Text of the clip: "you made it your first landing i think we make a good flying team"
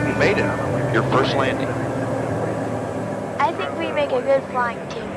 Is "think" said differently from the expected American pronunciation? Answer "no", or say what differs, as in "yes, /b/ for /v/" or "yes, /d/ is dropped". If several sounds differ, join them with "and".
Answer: no